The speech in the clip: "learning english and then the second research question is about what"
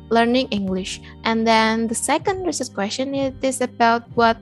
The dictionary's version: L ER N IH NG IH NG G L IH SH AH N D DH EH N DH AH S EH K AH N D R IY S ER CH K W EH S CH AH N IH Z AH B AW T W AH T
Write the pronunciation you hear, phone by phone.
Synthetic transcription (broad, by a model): L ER N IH NG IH NG G L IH SH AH N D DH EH N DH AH S EH K AH N D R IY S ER S K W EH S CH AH N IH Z AH B AW T W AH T